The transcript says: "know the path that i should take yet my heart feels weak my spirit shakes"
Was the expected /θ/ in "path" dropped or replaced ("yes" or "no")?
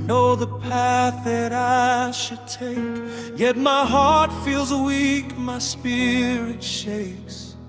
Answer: no